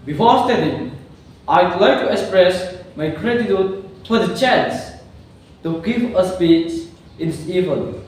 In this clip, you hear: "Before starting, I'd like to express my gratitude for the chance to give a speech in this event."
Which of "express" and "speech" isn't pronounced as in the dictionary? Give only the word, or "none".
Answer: speech